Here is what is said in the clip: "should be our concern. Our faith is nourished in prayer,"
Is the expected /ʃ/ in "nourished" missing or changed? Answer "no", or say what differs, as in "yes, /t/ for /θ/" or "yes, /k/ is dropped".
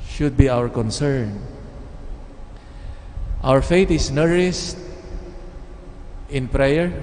yes, /s/ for /ʃ/